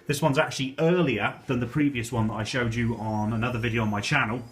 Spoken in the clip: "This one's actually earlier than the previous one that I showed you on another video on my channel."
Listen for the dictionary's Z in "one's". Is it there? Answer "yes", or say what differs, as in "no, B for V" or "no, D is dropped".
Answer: yes